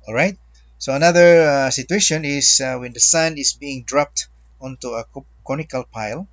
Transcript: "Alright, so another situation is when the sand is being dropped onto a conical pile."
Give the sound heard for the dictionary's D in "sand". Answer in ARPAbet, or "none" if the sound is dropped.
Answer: none